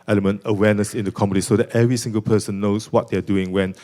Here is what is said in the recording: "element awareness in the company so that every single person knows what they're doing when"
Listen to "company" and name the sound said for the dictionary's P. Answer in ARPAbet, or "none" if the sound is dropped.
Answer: none